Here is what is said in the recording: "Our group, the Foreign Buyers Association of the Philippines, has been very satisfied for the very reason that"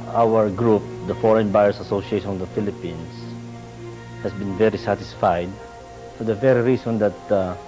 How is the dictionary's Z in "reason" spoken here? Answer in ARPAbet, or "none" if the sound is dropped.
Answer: S